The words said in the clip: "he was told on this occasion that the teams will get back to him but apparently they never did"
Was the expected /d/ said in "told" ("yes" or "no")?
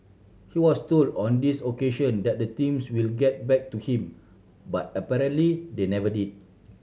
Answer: yes